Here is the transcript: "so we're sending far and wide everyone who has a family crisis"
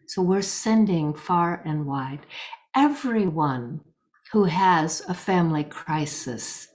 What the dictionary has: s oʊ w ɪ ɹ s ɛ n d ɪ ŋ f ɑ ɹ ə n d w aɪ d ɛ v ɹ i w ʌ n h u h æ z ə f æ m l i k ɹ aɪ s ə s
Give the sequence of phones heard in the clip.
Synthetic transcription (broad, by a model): s oʊ w ɪ ɹ s ɛ n d ɪ ŋ f ɑ ɹ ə n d w aɪ d ɛ v ɹ i w ʌ n h u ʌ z ə f æ m l i k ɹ aɪ s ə s